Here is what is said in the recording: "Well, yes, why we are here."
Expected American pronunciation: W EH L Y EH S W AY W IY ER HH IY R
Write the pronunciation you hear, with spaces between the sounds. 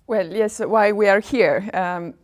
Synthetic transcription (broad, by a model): W EH L Y EH S W AY W IY ER HH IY R